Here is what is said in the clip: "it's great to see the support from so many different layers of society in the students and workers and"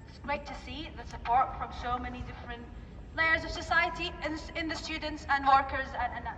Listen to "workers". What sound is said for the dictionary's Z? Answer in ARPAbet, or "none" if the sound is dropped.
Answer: Z